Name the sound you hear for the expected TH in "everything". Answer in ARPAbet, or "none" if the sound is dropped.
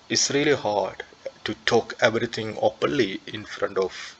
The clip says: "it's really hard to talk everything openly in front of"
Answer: T